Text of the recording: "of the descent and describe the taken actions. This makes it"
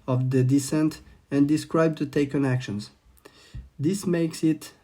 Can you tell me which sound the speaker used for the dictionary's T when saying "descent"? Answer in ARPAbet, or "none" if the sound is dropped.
T